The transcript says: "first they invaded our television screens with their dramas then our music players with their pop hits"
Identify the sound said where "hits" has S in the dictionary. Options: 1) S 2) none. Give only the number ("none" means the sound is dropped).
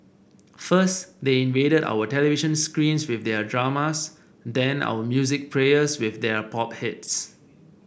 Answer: 1